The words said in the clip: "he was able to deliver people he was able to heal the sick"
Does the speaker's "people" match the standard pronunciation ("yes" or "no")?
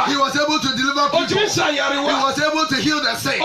no